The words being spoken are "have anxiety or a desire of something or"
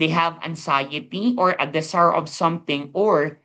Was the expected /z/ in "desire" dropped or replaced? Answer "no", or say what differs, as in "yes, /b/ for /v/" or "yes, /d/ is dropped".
yes, /s/ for /z/